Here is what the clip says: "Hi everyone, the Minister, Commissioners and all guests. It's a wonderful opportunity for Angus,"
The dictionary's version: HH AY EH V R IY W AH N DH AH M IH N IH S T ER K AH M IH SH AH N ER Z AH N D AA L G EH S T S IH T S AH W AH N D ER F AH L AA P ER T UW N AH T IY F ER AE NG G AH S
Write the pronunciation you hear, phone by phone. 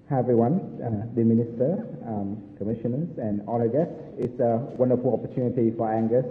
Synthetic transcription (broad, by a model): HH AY EH V R IY W AH N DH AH M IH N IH S T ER K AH M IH SH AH N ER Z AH N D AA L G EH S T IH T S AH W AH N D ER F AH L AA P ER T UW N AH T IY F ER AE NG G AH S